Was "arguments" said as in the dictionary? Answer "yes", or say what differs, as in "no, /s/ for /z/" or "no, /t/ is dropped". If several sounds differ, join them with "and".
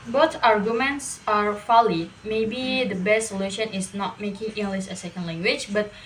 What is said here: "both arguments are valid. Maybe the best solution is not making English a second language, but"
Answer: yes